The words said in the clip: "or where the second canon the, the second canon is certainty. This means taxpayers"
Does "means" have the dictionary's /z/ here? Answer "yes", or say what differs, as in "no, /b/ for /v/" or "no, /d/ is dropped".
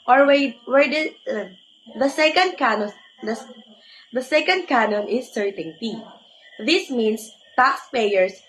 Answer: no, /s/ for /z/